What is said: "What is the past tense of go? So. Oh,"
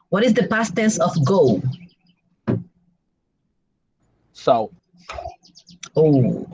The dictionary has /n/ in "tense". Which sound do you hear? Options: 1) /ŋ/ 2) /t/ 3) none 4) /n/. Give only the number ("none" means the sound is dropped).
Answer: 3